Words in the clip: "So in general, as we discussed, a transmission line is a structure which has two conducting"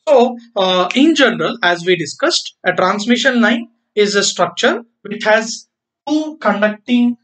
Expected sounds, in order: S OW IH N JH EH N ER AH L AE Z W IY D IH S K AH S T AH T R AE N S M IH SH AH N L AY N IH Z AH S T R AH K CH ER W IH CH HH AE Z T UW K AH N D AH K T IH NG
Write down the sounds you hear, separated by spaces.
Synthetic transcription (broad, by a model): S OW IH N JH EH N ER AH L AE Z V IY D IH S K AH S T AH T R AE N S M IH SH AH N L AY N IH Z AH S T R AH K CH ER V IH CH HH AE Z T UW K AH N D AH K T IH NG